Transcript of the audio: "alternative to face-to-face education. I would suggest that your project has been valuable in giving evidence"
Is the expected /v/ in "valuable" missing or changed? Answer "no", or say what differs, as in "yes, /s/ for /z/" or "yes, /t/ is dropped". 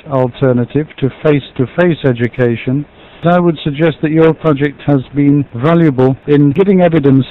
no